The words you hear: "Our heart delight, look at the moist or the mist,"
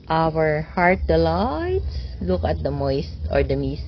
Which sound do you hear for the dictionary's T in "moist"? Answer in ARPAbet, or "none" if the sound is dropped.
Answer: T